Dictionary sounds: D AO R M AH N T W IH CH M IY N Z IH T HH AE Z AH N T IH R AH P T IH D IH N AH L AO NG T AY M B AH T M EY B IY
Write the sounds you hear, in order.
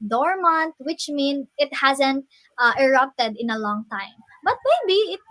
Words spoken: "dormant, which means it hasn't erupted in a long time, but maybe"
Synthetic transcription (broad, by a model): D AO R M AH N T W IH CH M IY N IH T HH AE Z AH N T IH R AH P T IH D IH N AH L AO NG T AY M B AH T M EY B IY